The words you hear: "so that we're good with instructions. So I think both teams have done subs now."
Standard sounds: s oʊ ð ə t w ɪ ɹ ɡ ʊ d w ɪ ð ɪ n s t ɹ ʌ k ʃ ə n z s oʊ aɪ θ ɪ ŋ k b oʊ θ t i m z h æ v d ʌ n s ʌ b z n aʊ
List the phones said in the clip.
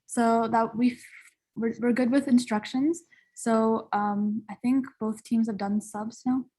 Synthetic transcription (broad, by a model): s oʊ ð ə t w ɪ ɹ ɡ ʊ d w ɪ ð ɪ n s t ɹ ʌ k ʃ ə n z s oʊ aɪ θ ɪ ŋ k b oʊ θ t i m z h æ v d ʌ n s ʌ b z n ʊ